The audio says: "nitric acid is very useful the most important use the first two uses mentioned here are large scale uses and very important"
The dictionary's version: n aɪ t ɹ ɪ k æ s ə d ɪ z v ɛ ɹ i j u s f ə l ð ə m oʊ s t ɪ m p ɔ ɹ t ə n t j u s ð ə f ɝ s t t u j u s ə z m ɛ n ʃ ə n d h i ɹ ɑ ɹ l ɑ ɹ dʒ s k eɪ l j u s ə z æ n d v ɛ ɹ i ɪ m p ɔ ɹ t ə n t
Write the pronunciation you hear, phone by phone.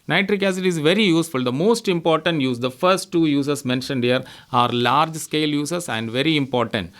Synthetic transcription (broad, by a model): n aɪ t ɹ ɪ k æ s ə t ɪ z v ɛ ɹ i j u s f ə l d ə m oʊ s t ɪ m p ɔ ɹ t ə n t j u s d ə f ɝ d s t u j u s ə s m ɛ n ʃ ə n d h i ɹ ɑ ɹ l ɑ ɹ dʒ s k eɪ l j u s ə s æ n d v ɛ ɹ i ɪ m p ɔ ɹ t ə n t